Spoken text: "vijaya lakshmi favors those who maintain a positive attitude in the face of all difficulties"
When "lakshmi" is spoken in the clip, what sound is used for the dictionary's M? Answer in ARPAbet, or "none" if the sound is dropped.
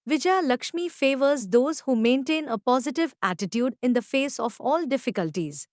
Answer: M